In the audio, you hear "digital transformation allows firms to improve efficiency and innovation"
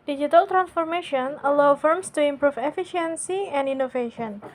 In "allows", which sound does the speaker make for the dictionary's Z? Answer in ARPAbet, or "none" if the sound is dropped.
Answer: none